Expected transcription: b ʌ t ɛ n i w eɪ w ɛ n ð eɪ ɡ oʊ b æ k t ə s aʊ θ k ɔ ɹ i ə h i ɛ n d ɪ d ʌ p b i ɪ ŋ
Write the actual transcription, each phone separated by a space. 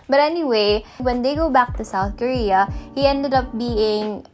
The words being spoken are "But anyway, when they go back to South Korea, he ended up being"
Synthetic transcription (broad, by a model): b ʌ t ɛ n i w eɪ w ɛ n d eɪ ɡ oʊ b æ k t ə s aʊ θ k ɔ ɹ i ə h i ɛ n d ɪ d ʌ p b i ɪ ŋ